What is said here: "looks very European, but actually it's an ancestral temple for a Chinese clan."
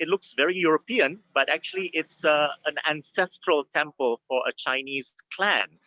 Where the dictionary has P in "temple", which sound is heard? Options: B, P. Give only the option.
P